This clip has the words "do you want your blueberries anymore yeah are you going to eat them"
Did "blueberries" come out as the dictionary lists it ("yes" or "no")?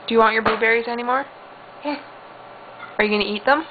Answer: no